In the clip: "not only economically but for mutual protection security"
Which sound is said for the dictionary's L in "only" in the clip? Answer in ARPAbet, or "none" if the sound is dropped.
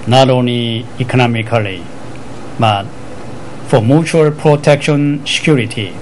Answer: none